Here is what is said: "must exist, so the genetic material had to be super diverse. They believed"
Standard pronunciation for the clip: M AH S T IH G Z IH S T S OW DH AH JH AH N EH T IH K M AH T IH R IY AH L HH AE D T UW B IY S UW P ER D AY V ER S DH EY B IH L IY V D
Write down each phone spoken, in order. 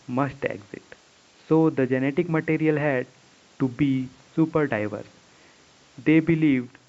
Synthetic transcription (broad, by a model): M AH S T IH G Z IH T S OW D AH JH AH N EH T IH K M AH T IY R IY AH L HH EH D T UW B IY S UW P ER D AY V ER S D EY B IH L IY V D